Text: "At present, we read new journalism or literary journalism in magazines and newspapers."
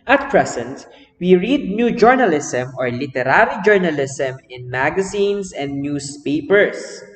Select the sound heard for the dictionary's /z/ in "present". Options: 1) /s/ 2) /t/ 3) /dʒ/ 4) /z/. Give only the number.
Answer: 1